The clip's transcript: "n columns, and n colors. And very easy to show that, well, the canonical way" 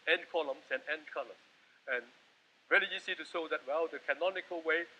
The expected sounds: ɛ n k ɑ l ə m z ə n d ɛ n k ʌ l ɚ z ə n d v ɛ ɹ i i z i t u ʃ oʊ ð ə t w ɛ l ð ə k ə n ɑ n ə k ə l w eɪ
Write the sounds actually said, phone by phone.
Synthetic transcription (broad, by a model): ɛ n k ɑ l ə m s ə n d ɛ n k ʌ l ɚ s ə n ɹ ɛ l i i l i t u ʃ oʊ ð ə t w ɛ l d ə k ə n ɑ n ə k ə l w eɪ